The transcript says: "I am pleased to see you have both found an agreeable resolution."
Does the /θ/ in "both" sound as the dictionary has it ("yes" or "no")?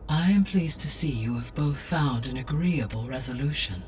yes